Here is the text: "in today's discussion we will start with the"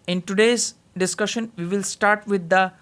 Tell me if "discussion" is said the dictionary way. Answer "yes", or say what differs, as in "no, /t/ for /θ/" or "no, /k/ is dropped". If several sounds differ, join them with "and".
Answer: yes